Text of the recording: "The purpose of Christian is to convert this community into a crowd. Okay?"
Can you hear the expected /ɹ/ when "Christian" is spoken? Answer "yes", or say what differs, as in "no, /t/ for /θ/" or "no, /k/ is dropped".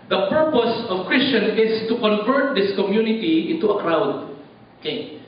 yes